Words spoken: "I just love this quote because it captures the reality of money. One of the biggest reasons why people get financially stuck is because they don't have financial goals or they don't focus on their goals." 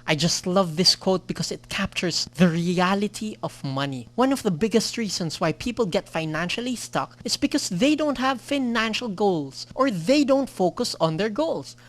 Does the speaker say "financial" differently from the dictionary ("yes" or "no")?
no